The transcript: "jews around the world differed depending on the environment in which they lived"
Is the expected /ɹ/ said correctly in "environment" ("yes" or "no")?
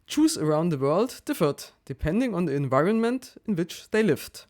yes